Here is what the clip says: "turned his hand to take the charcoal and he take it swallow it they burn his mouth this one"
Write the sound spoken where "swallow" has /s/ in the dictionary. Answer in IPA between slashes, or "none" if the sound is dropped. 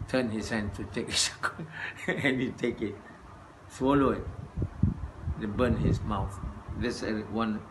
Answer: /s/